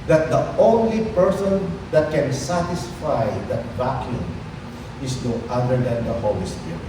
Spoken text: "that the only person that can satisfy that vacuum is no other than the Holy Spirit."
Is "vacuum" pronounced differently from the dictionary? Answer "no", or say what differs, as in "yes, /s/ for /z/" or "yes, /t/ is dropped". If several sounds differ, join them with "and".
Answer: yes, /b/ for /v/